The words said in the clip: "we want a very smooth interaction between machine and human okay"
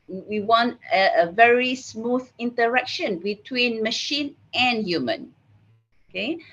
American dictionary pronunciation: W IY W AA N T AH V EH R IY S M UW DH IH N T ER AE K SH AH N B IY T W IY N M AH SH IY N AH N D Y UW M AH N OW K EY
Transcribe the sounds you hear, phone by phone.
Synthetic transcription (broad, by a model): W IY W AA N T AH V EH R IY S M UW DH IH N T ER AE K SH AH N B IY T W IY N M AH SH IY N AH N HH Y UW M AH N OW K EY